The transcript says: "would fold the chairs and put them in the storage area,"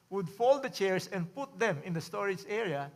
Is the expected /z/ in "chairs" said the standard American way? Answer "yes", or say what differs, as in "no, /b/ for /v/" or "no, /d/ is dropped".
no, /s/ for /z/